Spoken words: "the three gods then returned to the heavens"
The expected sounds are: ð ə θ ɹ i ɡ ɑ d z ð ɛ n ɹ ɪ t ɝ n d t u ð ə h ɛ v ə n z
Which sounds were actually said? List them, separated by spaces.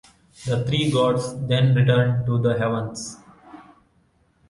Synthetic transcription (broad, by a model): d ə t ɹ i ɡ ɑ d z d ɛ n ɹ ɪ t ɝ n d t u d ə h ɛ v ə n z